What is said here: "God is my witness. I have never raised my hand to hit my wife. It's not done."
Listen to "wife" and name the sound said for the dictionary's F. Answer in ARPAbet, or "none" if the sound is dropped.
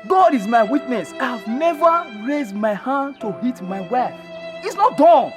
none